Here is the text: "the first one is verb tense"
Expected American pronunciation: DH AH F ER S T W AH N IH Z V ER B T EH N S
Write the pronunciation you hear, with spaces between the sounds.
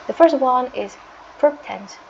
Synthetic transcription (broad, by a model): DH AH F ER S T W AH N IH Z P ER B T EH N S